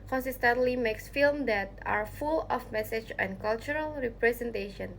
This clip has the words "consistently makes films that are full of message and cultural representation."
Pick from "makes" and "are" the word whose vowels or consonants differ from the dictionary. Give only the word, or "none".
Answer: none